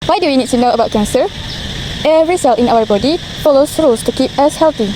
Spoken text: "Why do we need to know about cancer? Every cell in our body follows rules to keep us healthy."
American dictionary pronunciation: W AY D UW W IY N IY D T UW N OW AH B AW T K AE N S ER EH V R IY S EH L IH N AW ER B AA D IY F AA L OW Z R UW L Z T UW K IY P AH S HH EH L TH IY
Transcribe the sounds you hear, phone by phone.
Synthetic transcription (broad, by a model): W AY D UW W IY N IY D T UW N OW AH B AW T K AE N S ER EH V R IY S EH L IH N AW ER B AA D IY F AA L OW S R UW L S T UW K IY P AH S HH EH L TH IY